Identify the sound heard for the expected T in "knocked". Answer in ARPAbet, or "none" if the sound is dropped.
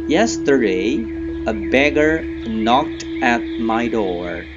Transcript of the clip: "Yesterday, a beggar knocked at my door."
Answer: T